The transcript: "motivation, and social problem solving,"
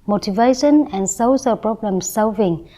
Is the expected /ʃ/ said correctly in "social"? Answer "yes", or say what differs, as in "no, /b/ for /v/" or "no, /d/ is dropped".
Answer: no, /s/ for /ʃ/